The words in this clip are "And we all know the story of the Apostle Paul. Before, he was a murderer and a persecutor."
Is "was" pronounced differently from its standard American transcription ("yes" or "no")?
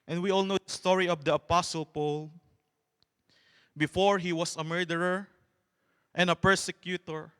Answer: yes